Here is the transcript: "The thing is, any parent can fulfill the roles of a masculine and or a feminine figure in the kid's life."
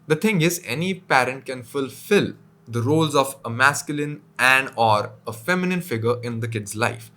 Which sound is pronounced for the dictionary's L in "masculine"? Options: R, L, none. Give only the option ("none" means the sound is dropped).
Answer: L